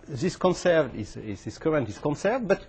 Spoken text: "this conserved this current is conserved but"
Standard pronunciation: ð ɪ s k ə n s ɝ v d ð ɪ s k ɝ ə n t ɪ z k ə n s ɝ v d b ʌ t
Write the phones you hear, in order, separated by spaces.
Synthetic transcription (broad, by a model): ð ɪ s k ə n s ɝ v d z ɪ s k ɝ ə n t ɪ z k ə n s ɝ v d b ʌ t